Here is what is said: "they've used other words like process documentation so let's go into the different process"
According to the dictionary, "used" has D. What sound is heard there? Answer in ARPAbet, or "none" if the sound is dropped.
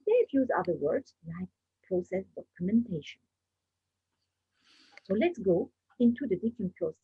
none